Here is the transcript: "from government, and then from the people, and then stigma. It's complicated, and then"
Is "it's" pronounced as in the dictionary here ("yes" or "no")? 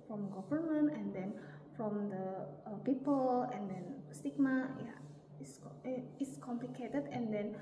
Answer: no